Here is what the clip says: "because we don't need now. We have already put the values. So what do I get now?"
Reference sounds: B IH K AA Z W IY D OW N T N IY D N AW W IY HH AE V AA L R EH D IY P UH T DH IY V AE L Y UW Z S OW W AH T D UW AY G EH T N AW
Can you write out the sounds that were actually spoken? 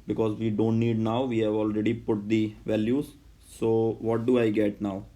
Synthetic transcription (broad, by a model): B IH K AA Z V IY D OW N T N IY D N AW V IY HH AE V AA L R EH D IY P UH T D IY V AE L Y UW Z S OW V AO T D UW AY G EH T N AW